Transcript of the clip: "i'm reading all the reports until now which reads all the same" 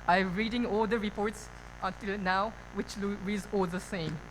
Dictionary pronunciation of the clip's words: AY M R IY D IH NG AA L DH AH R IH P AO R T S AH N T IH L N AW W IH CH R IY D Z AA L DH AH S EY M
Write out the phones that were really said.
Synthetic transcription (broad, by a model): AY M R IY D IH NG AA L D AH R IH P AO R T S AH N T IH L N AW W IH CH L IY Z AA L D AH S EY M